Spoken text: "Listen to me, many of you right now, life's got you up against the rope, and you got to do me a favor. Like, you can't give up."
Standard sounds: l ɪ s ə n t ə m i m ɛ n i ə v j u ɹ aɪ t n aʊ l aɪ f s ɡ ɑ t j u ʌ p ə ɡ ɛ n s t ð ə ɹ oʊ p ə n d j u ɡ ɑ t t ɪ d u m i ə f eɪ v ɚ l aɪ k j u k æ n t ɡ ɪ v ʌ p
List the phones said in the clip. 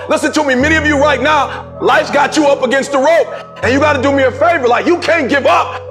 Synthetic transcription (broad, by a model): l ɪ s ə n t ə m i m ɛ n i ə v j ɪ ɹ aɪ t n aʊ l aɪ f ɡ ɑ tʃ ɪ ʌ p ə ɡ ɛ n s t ð ə ɹ oʊ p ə n j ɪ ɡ ɑ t t ɪ d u m i ə f eɪ v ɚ l aɪ k j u k æ n ɡ ɪ v ʌ p